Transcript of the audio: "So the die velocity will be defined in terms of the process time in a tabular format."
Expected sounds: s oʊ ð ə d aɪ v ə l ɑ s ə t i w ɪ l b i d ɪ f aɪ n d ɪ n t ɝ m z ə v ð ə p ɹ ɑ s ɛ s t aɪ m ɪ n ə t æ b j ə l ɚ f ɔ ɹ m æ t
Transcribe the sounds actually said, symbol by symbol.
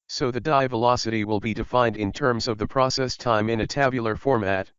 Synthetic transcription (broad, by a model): s oʊ ð ə d aɪ v ə l ɑ s ə t i w ɪ l b i d ɪ f aɪ n d ɪ n t ɝ m z ə v ð ə p ɹ ɑ s ɛ s t aɪ m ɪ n ə t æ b j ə l ɚ f ɔ ɹ m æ t